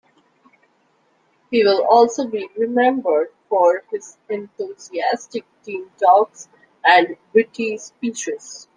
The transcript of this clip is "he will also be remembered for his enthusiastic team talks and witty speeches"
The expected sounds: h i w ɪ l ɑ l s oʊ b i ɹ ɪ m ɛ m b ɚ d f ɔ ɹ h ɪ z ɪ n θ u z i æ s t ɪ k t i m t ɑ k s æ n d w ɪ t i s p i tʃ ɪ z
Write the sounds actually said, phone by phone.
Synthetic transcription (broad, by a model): h i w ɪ l ɑ l s oʊ b i ɹ ɪ m ɛ m b ɚ d f ɔ ɹ h ɪ z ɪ n t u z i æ s t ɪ k t i m t ɑ k s æ n d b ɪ t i s p i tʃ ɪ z